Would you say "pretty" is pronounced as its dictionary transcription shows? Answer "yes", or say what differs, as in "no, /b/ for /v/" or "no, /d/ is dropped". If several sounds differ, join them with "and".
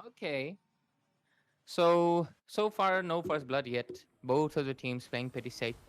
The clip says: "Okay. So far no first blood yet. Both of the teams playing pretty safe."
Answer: no, /ɹ/ is dropped